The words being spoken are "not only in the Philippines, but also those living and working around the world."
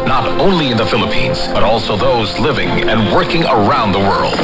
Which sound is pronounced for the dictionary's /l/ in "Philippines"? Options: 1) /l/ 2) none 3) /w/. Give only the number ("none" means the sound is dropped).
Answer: 1